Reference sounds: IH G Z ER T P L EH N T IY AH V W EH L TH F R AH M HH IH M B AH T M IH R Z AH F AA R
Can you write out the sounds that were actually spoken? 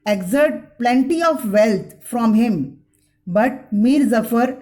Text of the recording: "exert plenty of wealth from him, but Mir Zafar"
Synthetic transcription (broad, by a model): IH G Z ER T P L EH N T IY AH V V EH L T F R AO M HH IH M B AH T M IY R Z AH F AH R